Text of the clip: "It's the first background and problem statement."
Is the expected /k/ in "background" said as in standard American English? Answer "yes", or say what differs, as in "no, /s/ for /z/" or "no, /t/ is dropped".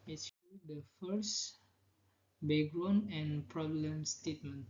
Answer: no, /k/ is dropped